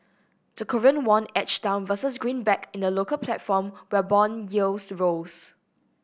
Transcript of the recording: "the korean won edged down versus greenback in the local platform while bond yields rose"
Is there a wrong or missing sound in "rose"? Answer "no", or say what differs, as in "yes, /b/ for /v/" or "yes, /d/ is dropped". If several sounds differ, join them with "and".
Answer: yes, /s/ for /z/